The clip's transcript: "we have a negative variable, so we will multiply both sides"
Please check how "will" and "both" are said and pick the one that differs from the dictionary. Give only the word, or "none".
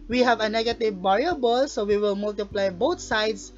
both